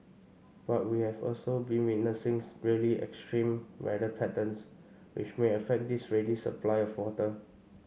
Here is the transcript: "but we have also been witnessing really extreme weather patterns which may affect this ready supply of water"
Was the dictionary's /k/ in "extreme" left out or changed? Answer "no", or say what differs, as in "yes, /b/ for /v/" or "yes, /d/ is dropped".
no